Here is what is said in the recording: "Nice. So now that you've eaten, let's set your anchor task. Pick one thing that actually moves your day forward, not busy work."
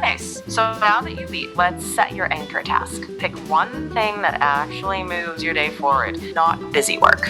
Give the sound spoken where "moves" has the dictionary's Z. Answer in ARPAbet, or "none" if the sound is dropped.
Z